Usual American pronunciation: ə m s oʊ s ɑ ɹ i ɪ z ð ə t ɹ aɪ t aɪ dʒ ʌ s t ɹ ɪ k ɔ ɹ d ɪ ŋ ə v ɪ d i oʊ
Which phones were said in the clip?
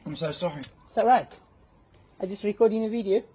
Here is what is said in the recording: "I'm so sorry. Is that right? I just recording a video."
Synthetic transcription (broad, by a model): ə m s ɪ s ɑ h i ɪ s ð ə t ɹ aɪ t aɪ dʒ ʌ s t ɹ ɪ k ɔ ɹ d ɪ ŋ ə v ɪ d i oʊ